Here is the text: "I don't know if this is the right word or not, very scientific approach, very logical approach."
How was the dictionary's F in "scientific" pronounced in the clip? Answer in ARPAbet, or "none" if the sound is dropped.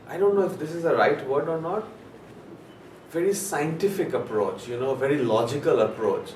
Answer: F